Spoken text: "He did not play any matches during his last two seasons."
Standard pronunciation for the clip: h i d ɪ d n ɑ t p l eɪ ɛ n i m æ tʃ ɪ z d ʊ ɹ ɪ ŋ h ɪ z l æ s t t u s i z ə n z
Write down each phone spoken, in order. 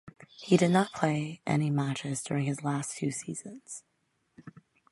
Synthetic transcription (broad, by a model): h i d ɪ d n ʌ t p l eɪ ɛ n i m æ tʃ ɪ z d ʊ ɹ ɪ ŋ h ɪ z l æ s t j u s i z ə n z